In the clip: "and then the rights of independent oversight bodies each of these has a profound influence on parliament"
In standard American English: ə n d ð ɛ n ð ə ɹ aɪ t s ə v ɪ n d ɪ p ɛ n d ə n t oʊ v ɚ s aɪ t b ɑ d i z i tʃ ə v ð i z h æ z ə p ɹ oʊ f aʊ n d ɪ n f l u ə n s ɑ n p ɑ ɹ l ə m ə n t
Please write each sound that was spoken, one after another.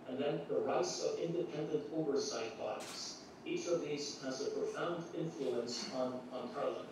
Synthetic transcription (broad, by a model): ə n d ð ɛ n ð ə ɹ aɪ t s ə v ɪ n d ɪ p ɛ n d ə n t oʊ v ɚ s aɪ t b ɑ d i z i tʃ ə v ð i z h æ z ə p ɹ oʊ f aʊ n d ɪ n f l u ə n s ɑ n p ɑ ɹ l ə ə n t